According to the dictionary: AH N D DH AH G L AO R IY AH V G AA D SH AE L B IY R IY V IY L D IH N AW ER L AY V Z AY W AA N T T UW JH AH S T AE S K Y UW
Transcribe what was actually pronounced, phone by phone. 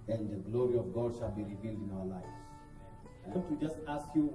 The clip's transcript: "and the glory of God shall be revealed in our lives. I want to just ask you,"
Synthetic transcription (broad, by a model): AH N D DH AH G L AO R IY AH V G AA D SH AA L B IY R IY V IY L D IH N AW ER L AY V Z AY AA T T UW JH AH S T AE S K Y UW